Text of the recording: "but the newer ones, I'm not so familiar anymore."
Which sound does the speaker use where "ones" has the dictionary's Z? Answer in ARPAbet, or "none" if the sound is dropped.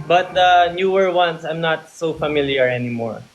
S